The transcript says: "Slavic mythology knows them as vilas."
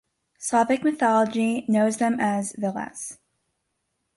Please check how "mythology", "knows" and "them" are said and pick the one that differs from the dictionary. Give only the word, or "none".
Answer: none